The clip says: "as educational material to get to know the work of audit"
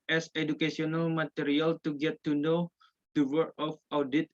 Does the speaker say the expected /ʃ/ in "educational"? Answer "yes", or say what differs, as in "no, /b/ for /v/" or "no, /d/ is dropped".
no, /s/ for /ʃ/